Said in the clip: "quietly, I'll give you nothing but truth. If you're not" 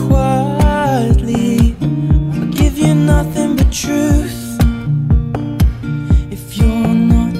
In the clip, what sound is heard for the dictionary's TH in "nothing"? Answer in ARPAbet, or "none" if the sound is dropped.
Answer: TH